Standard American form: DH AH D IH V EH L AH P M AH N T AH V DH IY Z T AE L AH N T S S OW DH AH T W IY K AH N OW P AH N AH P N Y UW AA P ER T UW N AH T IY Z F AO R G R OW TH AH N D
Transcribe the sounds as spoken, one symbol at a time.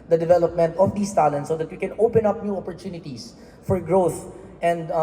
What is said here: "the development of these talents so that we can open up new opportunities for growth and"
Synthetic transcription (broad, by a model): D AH D IH V EH L AH P M AH N T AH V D IY S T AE L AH N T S S OW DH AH T W IY K AH N OW P AH N AH P N Y UW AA P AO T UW N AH T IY S F AO R G R OW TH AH N D